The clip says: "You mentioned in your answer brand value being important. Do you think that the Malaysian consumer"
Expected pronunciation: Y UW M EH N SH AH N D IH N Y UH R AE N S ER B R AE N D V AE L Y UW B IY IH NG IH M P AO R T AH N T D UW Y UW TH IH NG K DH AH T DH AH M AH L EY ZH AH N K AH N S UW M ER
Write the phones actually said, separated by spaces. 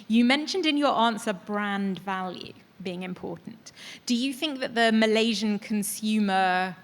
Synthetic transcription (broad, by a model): Y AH M EH N SH AH N D IH N Y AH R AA N S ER B R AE N D V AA L Y UW B IY IH NG IH M P AO T N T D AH Y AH TH IH NG K DH AH T DH AH M AH L EY ZH AH N K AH N S UW M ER